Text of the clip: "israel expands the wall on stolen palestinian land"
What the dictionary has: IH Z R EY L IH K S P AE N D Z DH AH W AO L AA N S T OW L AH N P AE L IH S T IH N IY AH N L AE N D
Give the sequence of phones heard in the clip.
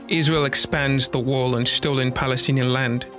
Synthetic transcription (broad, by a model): IH Z R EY L IH K S P AE N D Z DH AH W AO L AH N S T OW L AH N P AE L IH S T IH N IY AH N L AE N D